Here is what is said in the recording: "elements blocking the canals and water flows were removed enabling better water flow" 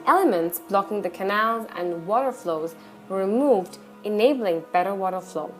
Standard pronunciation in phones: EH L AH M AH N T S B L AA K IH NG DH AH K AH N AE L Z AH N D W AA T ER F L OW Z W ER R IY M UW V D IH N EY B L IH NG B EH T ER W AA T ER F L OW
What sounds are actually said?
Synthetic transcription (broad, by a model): EH L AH M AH N T S B L AA K IH NG DH AH K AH N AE L Z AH N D W AA T ER F L OW Z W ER R IY M UW V D IH N EY B L IH NG B EH T ER W AA T ER F L OW